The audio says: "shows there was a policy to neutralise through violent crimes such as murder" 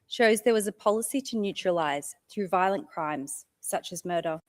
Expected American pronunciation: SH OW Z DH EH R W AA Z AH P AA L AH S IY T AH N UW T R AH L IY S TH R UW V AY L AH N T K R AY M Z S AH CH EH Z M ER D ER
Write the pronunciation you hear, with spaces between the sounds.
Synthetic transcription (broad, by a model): SH OW Z DH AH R W AA Z AH P AA L AH S IY T AH N UW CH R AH L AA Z TH R UW V AY L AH N K R AY M Z S AH CH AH Z M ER D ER